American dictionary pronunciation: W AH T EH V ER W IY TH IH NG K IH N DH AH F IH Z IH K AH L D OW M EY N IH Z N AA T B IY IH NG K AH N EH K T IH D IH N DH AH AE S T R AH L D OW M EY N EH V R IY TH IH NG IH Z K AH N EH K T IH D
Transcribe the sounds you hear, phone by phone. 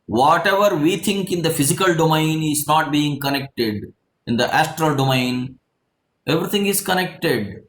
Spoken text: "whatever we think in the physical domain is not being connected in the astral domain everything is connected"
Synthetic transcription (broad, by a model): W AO T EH V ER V IY T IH NG K IH N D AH F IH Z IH K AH L D OW M EY N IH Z N AA T B IY IH NG K AH N EH K T IH D IH N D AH AE S T R AH L D OW M EY N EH V R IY T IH NG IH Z K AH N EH K T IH D